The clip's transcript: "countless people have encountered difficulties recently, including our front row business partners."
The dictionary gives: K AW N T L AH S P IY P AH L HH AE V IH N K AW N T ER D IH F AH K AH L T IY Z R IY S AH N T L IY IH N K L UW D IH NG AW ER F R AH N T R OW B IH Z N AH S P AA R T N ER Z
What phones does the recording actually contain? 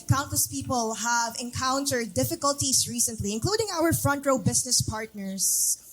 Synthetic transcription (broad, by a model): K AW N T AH S P IY P AH L HH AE V IH N K AW N T ER D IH F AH K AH L T IY S R IY S AH N T L IY IH N K L UW D IH NG AW ER F R AH N T R OW B IH S N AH S P AA R T N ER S